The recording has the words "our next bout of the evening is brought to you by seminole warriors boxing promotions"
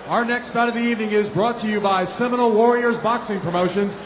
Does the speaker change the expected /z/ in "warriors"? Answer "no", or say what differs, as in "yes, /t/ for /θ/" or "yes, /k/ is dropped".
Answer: no